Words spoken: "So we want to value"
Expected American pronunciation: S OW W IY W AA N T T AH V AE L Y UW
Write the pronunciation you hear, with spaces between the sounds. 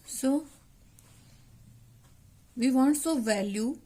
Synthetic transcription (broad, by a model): S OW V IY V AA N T S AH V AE L Y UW